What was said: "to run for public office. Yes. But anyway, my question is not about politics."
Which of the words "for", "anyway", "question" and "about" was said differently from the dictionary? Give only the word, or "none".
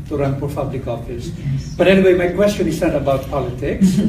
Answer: for